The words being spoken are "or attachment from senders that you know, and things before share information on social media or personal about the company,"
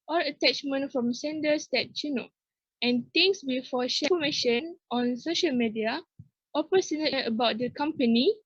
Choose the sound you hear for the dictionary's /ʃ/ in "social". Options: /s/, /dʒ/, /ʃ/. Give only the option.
/ʃ/